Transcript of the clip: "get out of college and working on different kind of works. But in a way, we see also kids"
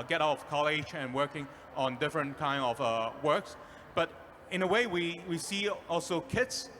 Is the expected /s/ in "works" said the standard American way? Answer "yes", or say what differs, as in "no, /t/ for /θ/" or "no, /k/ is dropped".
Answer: yes